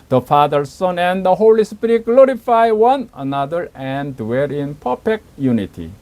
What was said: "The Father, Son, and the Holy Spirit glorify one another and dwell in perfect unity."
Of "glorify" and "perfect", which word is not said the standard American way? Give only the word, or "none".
perfect